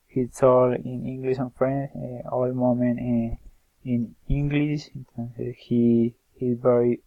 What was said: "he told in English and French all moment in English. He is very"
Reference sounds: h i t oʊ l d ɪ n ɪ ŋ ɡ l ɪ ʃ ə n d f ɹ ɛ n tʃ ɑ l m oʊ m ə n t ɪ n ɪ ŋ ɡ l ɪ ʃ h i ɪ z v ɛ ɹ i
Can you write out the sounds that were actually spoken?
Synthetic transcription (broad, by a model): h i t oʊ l ɪ n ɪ ŋ ɡ l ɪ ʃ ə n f ɹ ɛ n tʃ ɑ l m oʊ m ə n t ɪ n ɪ ŋ ɡ l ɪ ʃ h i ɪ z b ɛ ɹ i